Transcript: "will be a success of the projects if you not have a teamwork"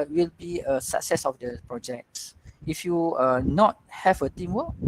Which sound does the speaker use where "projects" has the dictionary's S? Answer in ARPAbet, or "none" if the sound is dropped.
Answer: S